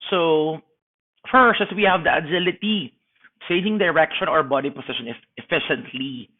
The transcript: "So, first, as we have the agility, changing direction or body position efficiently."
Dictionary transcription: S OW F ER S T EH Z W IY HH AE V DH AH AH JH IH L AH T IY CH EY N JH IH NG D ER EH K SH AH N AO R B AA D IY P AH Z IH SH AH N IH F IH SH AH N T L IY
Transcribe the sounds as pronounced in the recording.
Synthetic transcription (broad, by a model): S OW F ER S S W IY HH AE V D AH AH JH IH L AH T IY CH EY JH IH NG D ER EH K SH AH N AO R B AA D IY P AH S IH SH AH N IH F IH SH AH N T L IY